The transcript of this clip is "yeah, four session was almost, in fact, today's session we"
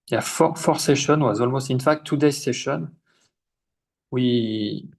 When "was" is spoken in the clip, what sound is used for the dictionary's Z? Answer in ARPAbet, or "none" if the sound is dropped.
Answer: Z